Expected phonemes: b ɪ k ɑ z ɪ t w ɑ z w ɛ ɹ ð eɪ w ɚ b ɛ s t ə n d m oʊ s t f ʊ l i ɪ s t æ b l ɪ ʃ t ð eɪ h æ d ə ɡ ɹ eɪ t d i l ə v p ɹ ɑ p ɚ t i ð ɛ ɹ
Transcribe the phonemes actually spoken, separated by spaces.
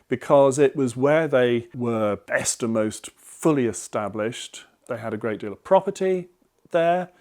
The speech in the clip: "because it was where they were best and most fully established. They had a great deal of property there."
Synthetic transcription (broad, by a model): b ɪ k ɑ z ɪ t w ɑ z w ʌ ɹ ð eɪ w ɚ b ɛ s t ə m oʊ s t f ʊ l i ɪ s t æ b l ɪ ʃ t ð eɪ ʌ d ə ɡ ɹ eɪ t d i l ə v p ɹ ɑ p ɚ t i ð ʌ ɹ